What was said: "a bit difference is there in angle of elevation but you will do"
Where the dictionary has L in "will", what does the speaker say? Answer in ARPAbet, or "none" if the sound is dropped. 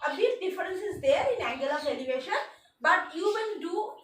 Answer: N